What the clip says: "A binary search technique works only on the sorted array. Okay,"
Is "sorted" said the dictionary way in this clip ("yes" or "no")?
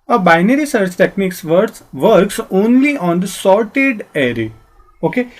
yes